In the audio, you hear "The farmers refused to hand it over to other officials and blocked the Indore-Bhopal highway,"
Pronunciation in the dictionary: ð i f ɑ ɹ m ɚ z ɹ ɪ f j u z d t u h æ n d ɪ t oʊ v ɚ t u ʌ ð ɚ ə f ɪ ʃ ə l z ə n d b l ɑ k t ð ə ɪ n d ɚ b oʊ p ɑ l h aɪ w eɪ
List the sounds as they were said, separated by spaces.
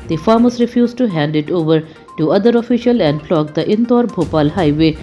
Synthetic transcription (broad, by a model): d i f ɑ ɹ m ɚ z ɹ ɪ f j u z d t u h æ n d ɪ t oʊ v ɚ t u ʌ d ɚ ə f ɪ ʃ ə l ə n d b l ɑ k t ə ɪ n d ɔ b oʊ p ɑ l h aɪ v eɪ